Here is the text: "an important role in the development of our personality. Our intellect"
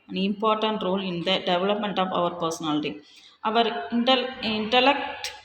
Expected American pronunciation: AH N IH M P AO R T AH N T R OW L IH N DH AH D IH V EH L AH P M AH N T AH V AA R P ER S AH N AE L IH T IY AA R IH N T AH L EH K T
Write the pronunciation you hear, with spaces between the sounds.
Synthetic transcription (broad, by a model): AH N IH M P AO R T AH N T R OW L IH N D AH D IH V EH L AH P M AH N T AH V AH R P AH S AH N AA L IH T IY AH R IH N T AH L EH K T